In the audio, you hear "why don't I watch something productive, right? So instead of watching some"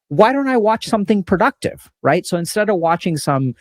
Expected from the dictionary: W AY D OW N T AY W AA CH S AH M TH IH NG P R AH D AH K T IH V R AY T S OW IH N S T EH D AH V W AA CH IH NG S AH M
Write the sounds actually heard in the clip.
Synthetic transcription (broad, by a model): W AY D OW N T AY W AA CH S AH M TH IH NG P R AH D AH K T IH V R AY T S OW IH N S T EH D AH V W AA CH IH NG S AH M